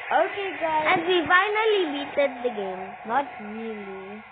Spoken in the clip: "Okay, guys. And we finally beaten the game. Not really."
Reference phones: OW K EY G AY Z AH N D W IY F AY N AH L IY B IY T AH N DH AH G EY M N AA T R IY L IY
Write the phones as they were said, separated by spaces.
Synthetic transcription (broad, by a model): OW K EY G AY AH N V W IY F AY N AH L IY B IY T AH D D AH G EY M N AA T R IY L IY